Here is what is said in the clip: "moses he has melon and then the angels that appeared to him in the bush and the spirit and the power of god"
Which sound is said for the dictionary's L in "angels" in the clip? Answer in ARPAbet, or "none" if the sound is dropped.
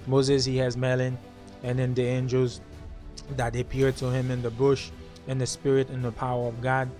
L